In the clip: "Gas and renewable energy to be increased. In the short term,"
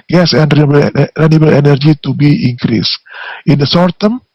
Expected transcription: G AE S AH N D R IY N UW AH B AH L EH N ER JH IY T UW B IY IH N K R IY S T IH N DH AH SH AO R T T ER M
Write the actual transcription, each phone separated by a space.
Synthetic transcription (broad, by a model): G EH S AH N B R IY N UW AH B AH L EH N ER JH IY T UW B IY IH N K R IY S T IH N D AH S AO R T T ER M